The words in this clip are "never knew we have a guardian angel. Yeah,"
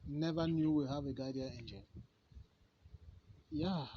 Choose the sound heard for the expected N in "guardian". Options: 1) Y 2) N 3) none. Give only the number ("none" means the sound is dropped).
3